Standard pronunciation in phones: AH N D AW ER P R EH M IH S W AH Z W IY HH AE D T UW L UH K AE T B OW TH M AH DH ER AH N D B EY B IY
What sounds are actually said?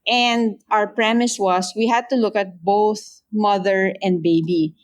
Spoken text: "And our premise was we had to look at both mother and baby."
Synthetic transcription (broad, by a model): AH N D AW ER P R EH M IH S W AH S W IY HH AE D T UW L UH K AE T B OW TH M AH DH ER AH N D B EY B IY